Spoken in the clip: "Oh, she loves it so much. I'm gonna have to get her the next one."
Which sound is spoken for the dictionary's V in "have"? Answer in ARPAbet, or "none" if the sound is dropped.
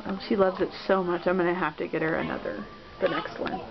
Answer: F